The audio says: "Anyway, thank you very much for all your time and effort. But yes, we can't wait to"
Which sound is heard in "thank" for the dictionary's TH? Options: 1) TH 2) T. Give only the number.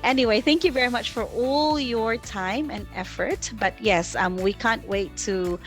1